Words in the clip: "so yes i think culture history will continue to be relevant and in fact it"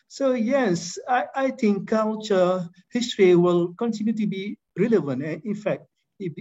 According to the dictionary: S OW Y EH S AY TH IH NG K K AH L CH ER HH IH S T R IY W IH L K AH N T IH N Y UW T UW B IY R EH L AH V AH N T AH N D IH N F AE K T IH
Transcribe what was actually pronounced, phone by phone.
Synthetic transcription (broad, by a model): S OW Y EH S AY T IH NG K K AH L CH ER HH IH S T R IY W IH L K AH N T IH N Y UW T UW B IY R EH L AH V AH N T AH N IH N F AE K T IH